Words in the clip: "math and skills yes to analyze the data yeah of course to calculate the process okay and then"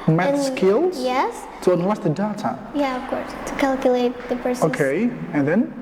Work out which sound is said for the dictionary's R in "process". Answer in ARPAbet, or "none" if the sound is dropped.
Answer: none